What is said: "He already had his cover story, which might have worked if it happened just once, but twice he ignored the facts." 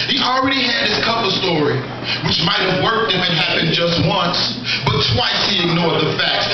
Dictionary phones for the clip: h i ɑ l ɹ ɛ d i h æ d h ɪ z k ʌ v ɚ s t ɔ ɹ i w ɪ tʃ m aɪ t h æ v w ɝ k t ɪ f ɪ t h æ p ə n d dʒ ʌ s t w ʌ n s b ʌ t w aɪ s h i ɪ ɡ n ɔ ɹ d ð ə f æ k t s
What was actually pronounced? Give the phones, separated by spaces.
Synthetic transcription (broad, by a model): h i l ɹ ɛ d i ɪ d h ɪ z k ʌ p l s t ɔ ɹ i w ɪ tʃ m aɪ t h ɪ v w ɝ k t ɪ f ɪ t h æ p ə n dʒ ʌ s t w ʌ n s b ʌ t w aɪ s h i ɪ ɡ n ɔ ɹ d ð ə f æ k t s